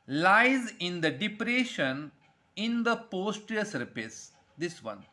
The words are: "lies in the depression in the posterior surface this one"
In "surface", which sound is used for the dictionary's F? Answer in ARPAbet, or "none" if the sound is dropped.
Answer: P